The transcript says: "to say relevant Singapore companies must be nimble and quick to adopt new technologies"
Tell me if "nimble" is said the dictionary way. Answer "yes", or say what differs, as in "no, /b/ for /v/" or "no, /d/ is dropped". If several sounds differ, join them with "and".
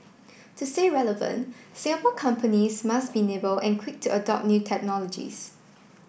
no, /m/ is dropped